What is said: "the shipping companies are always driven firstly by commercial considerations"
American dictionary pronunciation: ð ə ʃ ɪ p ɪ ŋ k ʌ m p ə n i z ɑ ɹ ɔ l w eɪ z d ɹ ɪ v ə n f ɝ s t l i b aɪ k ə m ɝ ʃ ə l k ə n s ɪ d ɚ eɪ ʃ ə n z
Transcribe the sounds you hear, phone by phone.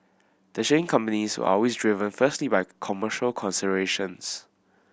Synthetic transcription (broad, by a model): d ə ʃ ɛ ɪ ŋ k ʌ m p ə n i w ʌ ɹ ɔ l w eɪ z d ɹ ɪ v ə n f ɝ s t l i b aɪ k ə m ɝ ʃ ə l k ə n s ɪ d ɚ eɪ ʃ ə n s